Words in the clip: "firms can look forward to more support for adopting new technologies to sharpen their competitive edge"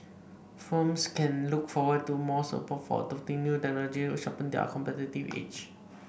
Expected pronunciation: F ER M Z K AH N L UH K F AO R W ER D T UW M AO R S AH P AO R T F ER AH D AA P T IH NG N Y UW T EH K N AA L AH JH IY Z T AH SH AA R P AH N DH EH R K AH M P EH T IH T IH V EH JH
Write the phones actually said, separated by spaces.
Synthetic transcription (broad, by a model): F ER M S K AH N L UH K F AO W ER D T UW M AO S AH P AO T F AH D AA F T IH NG N Y UW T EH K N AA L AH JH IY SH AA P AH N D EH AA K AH M P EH T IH T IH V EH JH